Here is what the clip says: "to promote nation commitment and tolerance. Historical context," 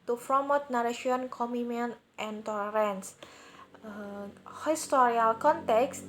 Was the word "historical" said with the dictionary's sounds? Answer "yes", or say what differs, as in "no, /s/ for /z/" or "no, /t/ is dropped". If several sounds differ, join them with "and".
no, /k/ is dropped